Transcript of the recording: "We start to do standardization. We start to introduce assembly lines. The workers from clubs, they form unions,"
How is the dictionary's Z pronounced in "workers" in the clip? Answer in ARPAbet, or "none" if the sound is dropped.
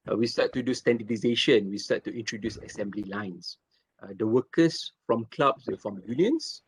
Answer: S